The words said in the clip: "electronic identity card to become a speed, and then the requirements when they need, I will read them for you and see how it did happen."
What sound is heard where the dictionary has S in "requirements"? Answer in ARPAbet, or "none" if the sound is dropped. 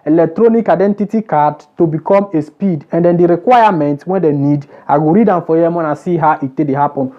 none